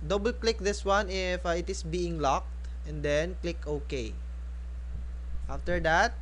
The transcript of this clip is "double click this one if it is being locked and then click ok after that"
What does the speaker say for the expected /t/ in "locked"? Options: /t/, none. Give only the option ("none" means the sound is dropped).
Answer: /t/